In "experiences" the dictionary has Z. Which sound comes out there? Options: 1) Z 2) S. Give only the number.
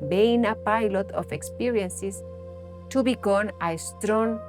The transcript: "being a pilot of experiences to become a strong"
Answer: 2